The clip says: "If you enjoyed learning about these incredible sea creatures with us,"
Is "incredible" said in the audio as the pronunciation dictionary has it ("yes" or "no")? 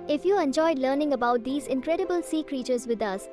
yes